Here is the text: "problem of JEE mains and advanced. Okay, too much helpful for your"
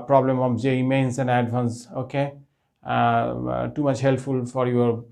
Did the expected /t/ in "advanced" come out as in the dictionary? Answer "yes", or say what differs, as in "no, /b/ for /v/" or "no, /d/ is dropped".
no, /t/ is dropped